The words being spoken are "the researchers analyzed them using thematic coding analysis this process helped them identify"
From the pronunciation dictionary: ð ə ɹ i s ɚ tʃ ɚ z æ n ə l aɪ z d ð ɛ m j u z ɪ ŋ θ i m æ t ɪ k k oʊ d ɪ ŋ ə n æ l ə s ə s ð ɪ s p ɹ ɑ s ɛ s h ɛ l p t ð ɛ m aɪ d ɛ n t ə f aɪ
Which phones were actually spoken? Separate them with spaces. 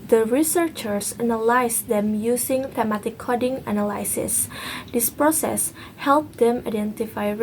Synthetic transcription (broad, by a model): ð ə ɹ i s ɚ tʃ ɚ s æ n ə l aɪ s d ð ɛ m j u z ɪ ŋ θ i m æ t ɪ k k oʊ d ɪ ŋ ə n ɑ l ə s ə s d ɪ s p ɹ ɑ s ɛ s h ɛ l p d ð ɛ m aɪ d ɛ n t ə f aɪ